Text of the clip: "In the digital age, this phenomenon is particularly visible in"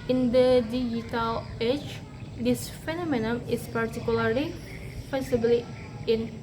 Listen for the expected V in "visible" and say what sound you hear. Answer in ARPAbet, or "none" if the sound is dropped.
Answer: F